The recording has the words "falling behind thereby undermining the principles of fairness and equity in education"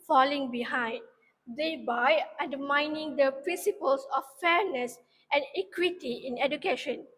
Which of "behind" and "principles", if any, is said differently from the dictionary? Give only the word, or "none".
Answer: principles